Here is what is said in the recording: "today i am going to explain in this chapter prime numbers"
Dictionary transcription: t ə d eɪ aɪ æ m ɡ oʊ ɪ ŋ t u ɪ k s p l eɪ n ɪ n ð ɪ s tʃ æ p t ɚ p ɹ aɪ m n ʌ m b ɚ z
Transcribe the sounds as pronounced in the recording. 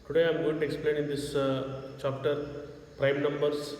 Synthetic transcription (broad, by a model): t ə d eɪ aɪ m ɡ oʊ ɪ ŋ t u ɪ k s p l eɪ n ɪ n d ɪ s tʃ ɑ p t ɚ p ɹ aɪ m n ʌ m b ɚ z